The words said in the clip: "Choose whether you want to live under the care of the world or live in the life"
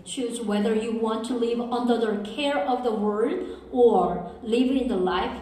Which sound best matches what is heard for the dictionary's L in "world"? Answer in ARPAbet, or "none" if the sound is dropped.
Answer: none